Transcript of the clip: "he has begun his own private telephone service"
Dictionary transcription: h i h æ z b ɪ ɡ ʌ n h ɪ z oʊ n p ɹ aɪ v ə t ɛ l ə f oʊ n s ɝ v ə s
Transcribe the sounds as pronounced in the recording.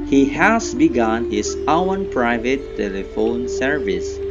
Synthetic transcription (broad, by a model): h i h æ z b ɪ ɡ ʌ n h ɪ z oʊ n p ɹ aɪ v ə t ɛ l ə f oʊ n s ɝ v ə s